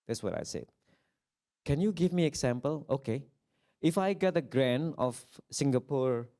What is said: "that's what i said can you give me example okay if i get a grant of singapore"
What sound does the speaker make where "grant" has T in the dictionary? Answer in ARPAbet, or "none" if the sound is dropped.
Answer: none